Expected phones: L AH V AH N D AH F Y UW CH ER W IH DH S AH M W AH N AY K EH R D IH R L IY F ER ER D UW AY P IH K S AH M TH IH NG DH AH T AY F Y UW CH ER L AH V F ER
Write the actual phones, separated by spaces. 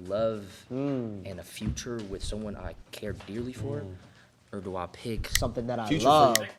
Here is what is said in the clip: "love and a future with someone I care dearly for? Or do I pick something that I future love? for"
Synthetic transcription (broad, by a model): L AH V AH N AH F Y UW CH ER W IH DH S AH M W AH N AY K EH R D IH R L IY F ER ER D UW AY P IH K S AH M TH IH NG DH AH T AY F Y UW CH L AH V